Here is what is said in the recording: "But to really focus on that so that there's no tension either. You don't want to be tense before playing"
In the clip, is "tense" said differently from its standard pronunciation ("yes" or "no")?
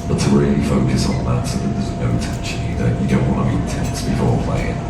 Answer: yes